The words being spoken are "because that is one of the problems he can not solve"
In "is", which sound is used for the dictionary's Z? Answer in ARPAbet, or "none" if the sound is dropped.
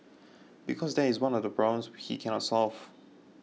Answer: Z